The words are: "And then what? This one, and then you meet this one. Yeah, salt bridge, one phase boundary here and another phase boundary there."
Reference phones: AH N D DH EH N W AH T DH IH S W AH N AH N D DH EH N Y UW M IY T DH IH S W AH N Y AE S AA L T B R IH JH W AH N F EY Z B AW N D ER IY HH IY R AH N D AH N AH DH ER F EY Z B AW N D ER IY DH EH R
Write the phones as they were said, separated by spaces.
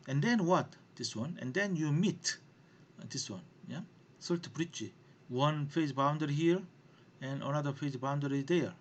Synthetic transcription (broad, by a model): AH N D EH N W AH T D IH S W AH N AH N D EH N Y UW M IY T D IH S W AH N Y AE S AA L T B R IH CH W AH N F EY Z B AW N D ER IY HH IY R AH N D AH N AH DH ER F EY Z B AW N D ER IY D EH R